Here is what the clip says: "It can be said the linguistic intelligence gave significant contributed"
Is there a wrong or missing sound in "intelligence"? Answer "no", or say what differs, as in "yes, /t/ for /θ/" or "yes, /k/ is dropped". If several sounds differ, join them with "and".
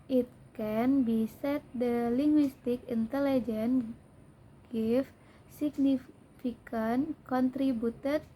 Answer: yes, /s/ is dropped